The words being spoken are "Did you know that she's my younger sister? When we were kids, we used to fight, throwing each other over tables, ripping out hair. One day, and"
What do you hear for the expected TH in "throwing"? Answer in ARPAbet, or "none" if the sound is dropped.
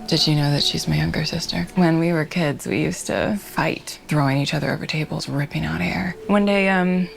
TH